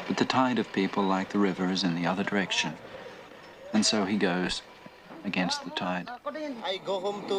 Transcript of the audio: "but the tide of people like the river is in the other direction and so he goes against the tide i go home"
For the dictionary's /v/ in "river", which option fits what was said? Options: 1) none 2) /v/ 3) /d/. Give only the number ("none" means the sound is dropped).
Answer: 2